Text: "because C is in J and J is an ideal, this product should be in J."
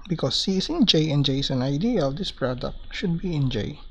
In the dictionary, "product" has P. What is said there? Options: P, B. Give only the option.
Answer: P